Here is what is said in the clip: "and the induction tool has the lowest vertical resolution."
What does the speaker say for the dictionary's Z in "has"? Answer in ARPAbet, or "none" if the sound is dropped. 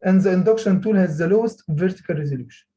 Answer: Z